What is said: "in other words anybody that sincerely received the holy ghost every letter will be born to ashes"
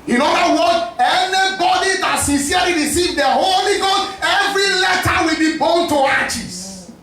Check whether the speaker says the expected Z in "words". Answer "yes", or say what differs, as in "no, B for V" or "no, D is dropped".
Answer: no, Z is dropped